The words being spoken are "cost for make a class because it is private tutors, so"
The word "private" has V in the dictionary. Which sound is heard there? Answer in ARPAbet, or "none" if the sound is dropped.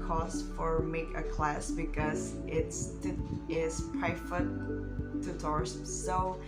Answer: F